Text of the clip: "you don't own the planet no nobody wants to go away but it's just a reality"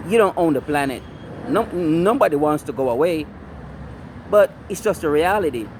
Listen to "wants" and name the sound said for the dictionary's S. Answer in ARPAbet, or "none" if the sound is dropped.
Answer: S